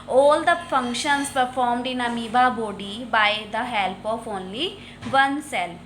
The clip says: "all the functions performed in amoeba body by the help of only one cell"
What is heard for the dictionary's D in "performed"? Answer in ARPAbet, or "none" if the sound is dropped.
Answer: D